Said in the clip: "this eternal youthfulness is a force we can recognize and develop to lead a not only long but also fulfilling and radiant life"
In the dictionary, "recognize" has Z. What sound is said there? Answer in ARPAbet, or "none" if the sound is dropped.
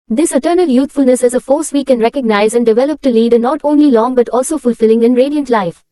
Z